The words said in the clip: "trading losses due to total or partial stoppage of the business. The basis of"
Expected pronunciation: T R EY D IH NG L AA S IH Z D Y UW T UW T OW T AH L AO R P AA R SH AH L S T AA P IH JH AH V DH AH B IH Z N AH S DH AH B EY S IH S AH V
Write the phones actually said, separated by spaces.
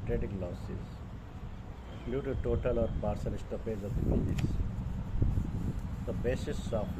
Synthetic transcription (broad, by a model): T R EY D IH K L AA S IH Z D Y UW T UW T OW T AH L AO R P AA R S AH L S T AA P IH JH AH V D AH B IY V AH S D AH B EY S IH S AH